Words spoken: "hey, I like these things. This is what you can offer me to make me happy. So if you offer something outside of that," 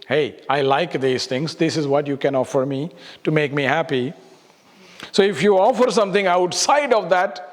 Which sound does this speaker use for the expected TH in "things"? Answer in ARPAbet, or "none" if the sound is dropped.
T